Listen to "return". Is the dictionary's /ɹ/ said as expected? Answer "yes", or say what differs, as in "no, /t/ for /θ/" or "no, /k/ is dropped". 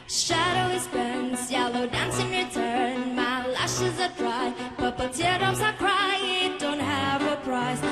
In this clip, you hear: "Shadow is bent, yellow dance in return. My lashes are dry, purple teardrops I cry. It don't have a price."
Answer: yes